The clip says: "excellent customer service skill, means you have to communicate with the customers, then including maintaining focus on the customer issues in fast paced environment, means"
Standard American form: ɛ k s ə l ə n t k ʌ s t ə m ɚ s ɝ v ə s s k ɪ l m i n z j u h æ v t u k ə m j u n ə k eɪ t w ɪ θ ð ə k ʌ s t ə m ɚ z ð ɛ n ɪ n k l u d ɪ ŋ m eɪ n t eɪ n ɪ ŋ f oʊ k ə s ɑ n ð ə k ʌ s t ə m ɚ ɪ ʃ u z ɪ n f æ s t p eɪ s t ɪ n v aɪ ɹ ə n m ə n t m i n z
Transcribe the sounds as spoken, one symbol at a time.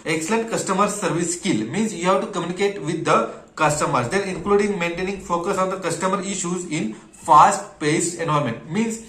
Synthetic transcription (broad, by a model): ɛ k s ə l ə n t k ʌ s t ə m ɚ s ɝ v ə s s k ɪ l m i n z j u h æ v t u k ə m j u n ə k eɪ t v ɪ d ə k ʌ s t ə m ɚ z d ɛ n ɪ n k l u d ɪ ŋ m eɪ n t eɪ n ɪ ŋ f oʊ k ə s ɑ n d ə k ʌ s t ə m ɚ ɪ ʃ u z ɪ n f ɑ s t p eɪ s t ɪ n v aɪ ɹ m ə n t m i n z